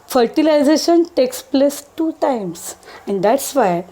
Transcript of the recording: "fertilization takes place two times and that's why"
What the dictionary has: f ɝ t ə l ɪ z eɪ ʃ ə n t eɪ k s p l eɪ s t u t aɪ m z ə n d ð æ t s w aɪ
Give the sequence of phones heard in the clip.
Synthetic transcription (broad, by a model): f ɝ t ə l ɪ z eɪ ʃ ə n t eɪ k s p l eɪ s t u t aɪ m s ə n d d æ t s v aɪ